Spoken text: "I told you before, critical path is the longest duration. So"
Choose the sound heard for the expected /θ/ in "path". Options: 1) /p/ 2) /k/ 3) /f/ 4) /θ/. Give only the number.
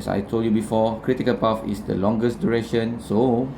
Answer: 3